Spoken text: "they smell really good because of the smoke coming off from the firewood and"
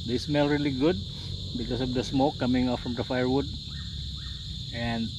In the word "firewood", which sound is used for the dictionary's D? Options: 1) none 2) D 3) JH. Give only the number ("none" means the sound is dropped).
2